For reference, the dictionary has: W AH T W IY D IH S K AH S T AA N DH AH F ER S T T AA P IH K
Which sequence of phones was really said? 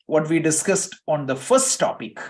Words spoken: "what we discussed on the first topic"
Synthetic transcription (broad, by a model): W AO T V IY D IH S K AH S T AA N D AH F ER S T T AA P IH K